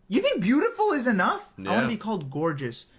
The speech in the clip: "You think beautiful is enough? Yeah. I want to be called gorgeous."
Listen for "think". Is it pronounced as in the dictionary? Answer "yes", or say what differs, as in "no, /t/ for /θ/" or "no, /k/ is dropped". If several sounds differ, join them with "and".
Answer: yes